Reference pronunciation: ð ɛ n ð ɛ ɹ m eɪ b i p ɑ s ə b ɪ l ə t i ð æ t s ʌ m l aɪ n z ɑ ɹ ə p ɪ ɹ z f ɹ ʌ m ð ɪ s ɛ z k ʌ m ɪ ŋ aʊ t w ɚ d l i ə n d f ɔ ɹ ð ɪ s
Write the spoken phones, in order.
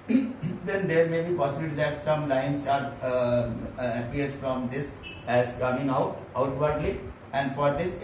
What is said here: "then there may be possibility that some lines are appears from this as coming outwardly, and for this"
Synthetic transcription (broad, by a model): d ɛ n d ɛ ɹ m eɪ b i p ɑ s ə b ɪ l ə t i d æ t s ʌ m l aɪ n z ɑ ɹ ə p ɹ s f ɹ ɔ m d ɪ s ɛ z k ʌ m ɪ ŋ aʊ t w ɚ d l i ə n d f ɔ ɹ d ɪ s